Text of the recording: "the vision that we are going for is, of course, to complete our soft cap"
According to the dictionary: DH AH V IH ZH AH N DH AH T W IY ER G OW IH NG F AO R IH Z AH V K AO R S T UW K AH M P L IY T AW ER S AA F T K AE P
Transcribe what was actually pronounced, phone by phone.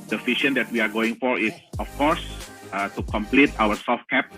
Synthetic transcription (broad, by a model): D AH F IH SH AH N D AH T W IY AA G OW IH NG F AO R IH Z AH F K AO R S T UW K AH M P L IY T AW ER S AA F T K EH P